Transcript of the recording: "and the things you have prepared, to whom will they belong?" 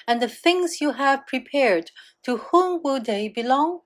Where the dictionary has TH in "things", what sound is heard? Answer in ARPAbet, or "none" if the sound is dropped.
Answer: TH